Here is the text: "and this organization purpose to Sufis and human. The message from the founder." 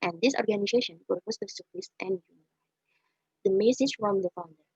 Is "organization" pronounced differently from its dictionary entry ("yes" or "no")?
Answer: no